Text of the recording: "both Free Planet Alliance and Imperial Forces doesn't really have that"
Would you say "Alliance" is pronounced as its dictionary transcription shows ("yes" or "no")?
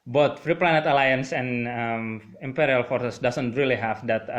yes